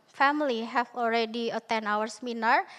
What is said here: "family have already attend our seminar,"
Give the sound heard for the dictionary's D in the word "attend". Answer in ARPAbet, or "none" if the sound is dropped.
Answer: none